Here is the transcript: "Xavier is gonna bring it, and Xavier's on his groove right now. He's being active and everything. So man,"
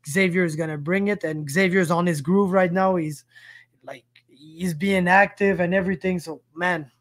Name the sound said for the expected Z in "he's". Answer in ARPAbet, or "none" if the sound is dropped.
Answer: Z